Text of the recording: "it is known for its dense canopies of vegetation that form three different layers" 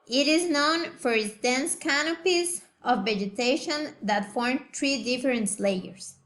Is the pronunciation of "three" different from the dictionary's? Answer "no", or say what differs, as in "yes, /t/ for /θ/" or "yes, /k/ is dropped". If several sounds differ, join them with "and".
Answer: yes, /t/ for /θ/